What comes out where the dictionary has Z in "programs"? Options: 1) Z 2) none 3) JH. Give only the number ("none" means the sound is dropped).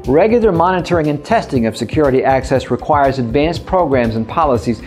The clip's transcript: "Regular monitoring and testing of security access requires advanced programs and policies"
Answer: 1